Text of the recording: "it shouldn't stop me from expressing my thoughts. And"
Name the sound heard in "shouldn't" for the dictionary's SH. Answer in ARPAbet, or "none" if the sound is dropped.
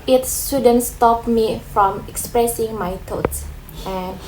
S